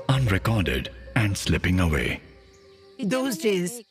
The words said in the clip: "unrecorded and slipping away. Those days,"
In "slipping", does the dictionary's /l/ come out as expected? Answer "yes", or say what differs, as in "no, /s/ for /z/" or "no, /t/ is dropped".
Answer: yes